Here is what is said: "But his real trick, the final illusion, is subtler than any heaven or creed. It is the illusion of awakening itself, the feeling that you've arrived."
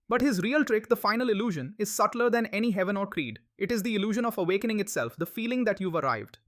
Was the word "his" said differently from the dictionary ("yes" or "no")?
no